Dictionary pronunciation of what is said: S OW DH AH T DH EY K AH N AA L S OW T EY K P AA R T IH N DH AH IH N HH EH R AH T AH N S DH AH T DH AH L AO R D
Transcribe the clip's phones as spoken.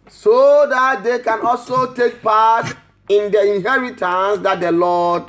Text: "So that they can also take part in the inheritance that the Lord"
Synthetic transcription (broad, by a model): S OW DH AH T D EY K AH N AA L S OW T EY K P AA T IH N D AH IH N HH EH R AH T AH N S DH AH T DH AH L AO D